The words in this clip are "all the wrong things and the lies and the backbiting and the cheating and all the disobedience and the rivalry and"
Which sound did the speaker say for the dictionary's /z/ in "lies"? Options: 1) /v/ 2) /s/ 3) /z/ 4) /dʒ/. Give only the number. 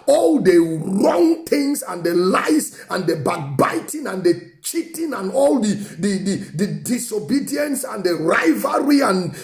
2